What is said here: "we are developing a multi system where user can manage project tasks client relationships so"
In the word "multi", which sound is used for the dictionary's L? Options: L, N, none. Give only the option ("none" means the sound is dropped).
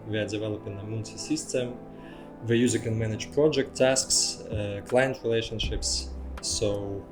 N